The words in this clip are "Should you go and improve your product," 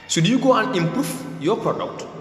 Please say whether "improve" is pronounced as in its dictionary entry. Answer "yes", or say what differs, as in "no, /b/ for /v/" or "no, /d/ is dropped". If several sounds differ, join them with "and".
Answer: no, /f/ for /v/